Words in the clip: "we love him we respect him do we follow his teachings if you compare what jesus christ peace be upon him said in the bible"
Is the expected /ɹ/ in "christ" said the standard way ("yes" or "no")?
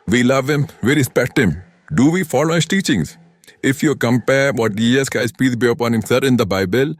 no